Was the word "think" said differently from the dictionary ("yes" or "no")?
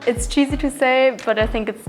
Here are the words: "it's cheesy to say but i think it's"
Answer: no